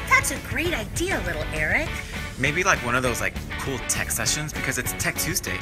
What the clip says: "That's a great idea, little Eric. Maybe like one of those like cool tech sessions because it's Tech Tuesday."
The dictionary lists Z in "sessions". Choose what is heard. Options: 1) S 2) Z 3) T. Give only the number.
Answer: 2